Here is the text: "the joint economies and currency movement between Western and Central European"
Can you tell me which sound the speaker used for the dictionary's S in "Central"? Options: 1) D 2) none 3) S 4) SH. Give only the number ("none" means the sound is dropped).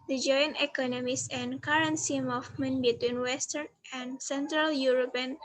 3